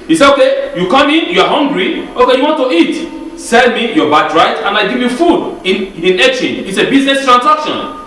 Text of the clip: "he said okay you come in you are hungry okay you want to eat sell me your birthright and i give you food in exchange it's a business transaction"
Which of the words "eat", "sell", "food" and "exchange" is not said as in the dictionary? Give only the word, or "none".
exchange